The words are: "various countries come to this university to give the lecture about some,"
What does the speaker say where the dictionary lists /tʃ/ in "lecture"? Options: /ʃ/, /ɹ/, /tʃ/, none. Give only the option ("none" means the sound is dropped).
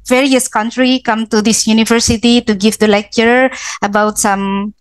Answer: /tʃ/